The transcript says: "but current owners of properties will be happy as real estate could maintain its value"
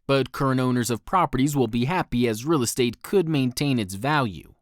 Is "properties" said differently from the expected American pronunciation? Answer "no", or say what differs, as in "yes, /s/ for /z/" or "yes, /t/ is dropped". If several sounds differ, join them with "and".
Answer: no